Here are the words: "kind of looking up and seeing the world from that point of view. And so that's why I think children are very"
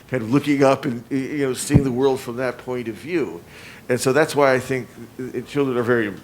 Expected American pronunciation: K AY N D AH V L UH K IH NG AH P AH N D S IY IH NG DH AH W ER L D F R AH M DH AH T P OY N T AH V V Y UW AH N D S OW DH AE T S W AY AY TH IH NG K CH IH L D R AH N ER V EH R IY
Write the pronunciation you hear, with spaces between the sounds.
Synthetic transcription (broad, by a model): K AY N D AH V L UH K IH NG AH P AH N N S IY IH NG DH AH W ER L D F R AH M DH AH T P OY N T AH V V Y UW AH N S OW DH AE T S W AY AY TH IH NG K CH IH L D R AH N ER V EH R IY